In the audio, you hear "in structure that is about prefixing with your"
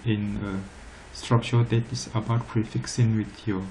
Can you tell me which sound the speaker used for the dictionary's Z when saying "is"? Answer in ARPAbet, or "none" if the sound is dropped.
S